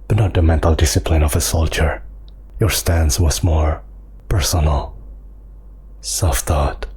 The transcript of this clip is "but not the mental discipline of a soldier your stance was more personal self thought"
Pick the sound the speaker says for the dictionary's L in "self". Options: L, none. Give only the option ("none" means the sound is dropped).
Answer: none